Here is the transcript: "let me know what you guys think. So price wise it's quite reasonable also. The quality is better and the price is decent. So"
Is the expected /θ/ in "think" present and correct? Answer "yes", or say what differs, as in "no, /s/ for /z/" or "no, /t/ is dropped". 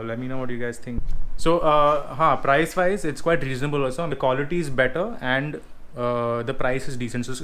no, /t/ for /θ/